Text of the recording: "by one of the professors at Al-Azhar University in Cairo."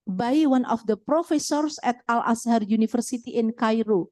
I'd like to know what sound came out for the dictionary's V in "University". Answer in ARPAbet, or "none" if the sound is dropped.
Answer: F